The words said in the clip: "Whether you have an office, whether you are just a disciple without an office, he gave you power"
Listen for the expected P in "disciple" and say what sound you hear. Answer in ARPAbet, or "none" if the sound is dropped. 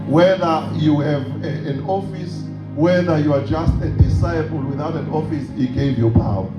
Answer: B